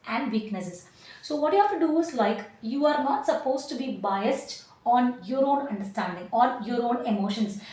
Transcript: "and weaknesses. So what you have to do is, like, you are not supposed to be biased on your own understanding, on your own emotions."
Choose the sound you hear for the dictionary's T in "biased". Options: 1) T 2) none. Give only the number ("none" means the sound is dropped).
1